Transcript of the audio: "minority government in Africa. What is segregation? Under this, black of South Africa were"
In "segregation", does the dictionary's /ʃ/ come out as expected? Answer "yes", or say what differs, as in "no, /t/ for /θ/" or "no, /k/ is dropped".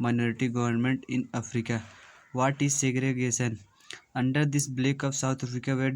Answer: no, /s/ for /ʃ/